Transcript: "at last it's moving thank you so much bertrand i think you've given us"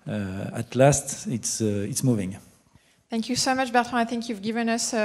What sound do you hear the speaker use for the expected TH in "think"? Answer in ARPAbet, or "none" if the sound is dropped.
TH